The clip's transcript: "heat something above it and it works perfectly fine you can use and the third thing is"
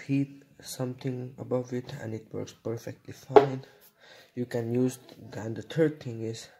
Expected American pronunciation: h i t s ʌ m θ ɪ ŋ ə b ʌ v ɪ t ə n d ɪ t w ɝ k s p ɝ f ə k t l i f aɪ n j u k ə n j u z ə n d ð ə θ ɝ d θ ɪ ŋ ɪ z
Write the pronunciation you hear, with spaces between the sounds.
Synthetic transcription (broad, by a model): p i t s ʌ m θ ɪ ŋ ə b ʌ v ɪ t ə n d ɪ t w ɝ k s p ɝ f ə k t l i f aɪ n j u k ə n j u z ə n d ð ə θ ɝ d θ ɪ ŋ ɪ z